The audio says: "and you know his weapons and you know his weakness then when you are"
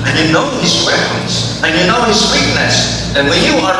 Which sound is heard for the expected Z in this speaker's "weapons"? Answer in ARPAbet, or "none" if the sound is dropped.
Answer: S